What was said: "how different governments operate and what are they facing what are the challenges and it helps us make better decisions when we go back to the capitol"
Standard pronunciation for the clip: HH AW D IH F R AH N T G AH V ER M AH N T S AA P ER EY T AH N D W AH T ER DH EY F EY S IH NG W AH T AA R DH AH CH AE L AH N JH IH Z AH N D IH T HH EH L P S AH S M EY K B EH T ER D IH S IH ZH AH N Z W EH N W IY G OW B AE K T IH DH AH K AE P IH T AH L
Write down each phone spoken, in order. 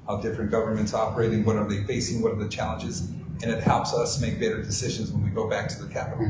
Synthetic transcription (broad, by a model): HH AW D IH F R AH N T G AH V ER M AH N T S AA P ER EY T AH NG W AH T ER DH EY F EY S IH NG W AH T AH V DH AH CH AE L AH N JH IH Z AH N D IH T HH EH L P S AH S M EY K B EH T ER D IH S IH ZH AH N Z W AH N W IY G OW B AE K T IH DH AH K AE P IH T L